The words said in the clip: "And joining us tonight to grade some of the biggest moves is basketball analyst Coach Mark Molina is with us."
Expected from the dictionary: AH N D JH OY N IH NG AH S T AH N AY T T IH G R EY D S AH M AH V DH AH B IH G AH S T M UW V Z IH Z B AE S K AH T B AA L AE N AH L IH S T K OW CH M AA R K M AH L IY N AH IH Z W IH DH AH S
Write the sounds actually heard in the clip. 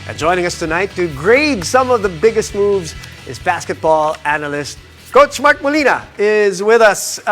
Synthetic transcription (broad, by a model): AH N JH OY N IH NG AH S T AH N AY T T IH G R EY D S AH M AH V DH AH B IH G AH S T M UW V Z IH Z B AE S K AH T B AA L AE N AH L IH S T K OW CH M AA R K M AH L IY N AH IH Z W IH DH AH S